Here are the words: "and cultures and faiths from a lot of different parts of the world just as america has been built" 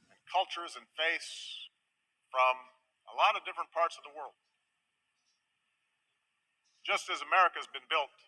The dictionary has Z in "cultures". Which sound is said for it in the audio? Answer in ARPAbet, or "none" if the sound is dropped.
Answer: Z